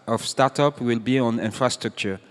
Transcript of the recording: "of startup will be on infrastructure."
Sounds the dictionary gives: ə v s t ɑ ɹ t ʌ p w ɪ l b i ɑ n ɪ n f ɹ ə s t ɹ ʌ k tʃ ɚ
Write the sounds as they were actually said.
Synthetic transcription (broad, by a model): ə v s t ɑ t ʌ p w ɪ l b i ɑ n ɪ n f ɹ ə s t ɹ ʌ k tʃ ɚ